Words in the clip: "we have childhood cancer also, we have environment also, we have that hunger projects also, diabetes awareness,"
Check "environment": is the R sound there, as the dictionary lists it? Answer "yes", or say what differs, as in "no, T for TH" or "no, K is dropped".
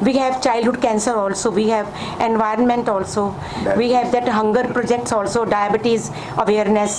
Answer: yes